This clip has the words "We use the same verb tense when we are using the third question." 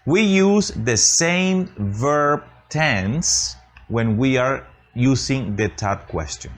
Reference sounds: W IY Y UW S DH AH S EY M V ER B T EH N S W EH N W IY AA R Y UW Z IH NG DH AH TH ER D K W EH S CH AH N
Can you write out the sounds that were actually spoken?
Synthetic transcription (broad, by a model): W IY Y UW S DH AH S EY M V ER B T EH N S W EH N W IY AA R Y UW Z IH NG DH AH T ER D K W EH S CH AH N